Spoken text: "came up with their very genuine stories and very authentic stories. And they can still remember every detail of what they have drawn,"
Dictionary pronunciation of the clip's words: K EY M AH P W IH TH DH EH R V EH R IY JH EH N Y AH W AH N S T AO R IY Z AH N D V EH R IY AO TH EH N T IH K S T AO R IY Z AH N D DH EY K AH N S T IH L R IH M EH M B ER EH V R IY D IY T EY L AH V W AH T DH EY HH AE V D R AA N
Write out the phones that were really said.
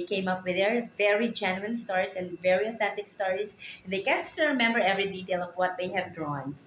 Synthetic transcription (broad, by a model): K EY M AH P W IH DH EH R V EH R IY JH EH N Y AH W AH N S T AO R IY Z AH N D V EH R IY AO TH EH N T IH K S T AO R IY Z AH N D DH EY K AH N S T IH R IH M EH M B ER EH V R IY D IY T EY L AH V W AH T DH EY HH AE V D R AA N